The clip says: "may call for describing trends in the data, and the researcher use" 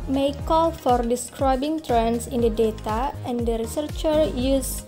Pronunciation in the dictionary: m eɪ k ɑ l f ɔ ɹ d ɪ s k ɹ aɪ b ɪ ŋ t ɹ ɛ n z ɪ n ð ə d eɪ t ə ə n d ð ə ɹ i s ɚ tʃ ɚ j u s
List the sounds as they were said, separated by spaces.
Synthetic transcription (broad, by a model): m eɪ k ɑ l f ɔ ɹ d ɪ s k ɹ aɪ b ɪ ŋ t ɹ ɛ n s ɪ n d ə d eɪ t ə ə n d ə ɹ i s ɚ tʃ ɚ j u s